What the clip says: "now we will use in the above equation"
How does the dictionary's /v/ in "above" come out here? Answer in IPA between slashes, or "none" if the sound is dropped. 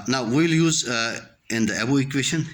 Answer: none